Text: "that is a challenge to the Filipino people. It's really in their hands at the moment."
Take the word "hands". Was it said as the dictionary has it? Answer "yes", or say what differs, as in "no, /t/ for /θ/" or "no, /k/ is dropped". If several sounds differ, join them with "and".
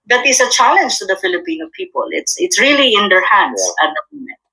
no, /s/ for /z/